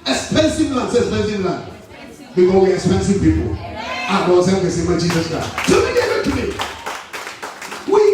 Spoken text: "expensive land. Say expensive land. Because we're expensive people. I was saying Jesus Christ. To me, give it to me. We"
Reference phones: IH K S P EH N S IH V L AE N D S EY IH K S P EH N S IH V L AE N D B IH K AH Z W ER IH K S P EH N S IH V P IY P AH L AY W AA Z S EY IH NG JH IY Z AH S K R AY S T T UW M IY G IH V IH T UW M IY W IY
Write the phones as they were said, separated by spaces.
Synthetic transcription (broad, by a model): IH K S P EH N S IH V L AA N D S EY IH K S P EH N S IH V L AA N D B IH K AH W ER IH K S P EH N S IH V P IY P AH L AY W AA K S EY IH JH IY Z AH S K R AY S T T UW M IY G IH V IH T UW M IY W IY